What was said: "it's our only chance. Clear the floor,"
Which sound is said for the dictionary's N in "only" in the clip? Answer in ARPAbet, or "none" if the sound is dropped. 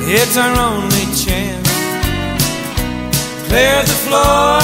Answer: N